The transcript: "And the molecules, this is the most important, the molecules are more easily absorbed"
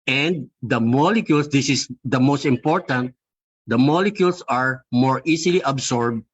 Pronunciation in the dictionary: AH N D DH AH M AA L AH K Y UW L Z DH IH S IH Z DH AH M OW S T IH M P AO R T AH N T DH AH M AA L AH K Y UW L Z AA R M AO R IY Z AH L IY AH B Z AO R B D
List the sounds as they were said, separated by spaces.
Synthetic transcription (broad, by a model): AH N D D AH M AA L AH K Y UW L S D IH S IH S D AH M OW S T IH M P AO R T AH N T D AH M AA L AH K Y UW L S AA R M AO R IY S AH L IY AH B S AO R B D